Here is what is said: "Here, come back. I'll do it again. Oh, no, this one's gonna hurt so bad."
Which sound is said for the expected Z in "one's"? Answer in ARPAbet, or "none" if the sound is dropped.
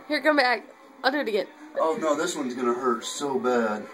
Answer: Z